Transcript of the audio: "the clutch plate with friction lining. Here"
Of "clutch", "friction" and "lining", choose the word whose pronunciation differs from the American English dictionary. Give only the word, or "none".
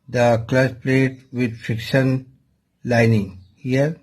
clutch